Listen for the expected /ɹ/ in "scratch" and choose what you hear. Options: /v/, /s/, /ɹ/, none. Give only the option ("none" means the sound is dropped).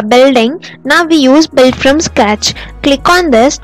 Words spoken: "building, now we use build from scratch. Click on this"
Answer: none